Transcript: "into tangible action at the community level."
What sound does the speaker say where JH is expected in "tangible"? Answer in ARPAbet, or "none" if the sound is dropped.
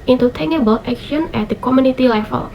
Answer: none